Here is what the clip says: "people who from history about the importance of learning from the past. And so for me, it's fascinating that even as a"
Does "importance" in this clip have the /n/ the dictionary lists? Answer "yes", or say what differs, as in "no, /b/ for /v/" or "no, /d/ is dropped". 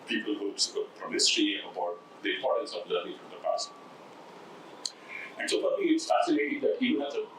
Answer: no, /n/ is dropped